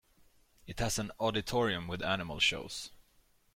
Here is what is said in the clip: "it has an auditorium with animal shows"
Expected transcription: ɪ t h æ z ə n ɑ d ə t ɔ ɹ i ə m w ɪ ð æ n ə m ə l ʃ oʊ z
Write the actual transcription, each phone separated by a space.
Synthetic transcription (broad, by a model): ɪ t h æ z ə n ɑ d ə t ɔ ɹ i ə m w ɪ ð æ n ə m ə l ʃ oʊ s